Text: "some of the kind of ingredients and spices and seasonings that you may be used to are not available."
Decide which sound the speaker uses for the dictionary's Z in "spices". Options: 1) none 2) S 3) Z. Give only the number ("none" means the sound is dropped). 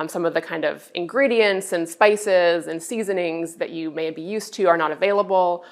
3